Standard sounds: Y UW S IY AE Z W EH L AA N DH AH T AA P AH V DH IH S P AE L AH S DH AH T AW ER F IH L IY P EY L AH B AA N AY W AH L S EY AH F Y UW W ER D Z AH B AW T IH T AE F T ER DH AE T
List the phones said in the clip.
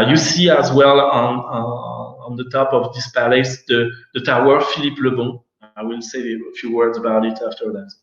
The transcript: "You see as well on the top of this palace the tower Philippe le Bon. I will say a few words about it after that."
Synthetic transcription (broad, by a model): Y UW S IY AE Z W EH L AA N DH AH T AA P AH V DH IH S P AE L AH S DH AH T AW ER F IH L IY P L AH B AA AY W AH L S EY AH F Y UW W ER D Z AH B AW T IH T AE F T ER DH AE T